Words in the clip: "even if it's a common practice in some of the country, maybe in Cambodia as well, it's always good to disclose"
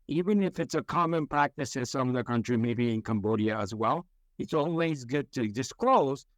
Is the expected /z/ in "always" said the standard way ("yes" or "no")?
yes